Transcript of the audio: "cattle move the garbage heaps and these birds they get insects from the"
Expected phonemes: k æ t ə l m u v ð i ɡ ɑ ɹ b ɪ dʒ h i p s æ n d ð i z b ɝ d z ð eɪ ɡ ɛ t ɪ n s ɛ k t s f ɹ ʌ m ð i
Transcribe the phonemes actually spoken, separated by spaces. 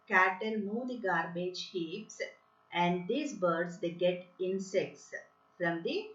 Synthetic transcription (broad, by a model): k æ t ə l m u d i ɡ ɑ ɹ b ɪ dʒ h i p s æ n d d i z b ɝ d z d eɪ ɡ ɛ t ɪ n s ɛ k t s f ɹ ʌ m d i